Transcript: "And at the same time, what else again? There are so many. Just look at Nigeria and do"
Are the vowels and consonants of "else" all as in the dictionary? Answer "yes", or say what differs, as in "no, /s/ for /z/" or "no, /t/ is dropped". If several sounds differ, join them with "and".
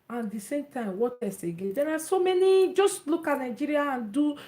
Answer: no, /l/ is dropped